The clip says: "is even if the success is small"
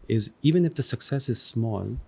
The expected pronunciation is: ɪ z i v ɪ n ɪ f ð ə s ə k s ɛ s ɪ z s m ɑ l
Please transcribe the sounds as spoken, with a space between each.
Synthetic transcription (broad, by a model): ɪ z i v ɪ n ɪ f ð ə s ə k s ɛ s ɪ z s m ɑ l